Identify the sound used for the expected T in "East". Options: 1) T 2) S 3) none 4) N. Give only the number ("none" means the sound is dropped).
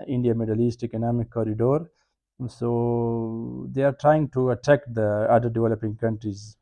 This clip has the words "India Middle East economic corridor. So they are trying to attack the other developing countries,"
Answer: 1